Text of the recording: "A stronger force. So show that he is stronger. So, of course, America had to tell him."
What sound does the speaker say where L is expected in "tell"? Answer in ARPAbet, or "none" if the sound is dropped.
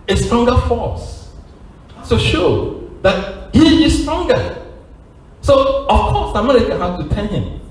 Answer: N